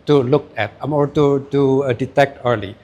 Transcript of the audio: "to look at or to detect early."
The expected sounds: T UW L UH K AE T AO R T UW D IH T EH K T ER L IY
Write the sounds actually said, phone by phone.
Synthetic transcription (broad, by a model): T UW L UH K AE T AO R T UW D IH T EH K T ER L IY